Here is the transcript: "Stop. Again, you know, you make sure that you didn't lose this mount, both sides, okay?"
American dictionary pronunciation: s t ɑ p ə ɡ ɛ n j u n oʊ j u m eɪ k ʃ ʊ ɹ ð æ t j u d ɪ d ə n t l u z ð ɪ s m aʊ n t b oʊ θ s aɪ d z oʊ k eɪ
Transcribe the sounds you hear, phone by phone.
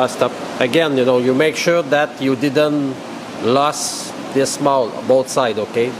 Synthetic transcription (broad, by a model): s t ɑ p ə ɡ ɛ n j u n oʊ j u m eɪ k ʃ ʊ ɹ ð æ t j u d ɪ d ə n t l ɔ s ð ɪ s m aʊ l b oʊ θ s aɪ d oʊ k eɪ